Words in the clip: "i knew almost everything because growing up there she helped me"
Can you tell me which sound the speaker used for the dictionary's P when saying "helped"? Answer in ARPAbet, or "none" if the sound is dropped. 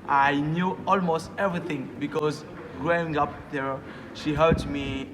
none